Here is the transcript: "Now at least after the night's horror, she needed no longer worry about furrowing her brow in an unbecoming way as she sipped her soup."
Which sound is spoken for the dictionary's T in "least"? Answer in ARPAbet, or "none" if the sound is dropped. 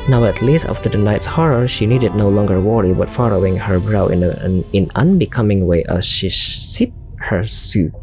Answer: T